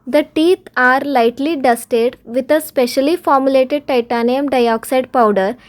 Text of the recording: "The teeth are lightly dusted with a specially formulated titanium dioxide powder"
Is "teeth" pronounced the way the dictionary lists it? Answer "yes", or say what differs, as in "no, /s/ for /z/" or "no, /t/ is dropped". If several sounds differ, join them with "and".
no, /t/ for /θ/